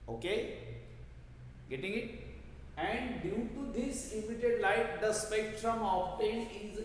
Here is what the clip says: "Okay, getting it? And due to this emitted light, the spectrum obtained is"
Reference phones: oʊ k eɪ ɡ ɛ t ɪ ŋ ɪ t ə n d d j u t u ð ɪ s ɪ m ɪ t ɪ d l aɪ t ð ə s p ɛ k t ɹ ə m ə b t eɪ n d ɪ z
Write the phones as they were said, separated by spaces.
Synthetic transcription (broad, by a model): oʊ k eɪ ɡ ɛ t ɪ ŋ ɪ t ə n d d j u t u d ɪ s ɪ m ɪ t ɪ d l aɪ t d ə s p ɛ k t ɹ ə m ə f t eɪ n ɪ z